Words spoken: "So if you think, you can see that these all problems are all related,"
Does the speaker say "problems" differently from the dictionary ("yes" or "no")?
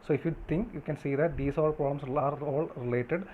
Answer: yes